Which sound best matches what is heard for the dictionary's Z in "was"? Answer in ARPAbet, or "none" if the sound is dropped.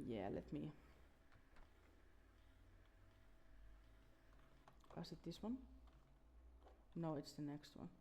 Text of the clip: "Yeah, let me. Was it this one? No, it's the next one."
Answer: S